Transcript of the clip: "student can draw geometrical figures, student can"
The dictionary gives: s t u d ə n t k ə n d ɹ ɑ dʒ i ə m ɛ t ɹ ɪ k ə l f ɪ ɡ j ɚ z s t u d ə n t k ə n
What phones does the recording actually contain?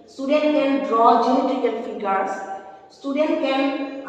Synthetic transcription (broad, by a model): s t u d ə n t k ə n d ɹ ɑ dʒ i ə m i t ɪ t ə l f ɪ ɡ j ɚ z s t u d ə n t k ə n